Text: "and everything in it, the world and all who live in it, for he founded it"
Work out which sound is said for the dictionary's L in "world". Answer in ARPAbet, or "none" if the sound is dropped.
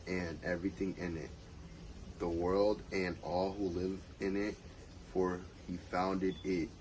L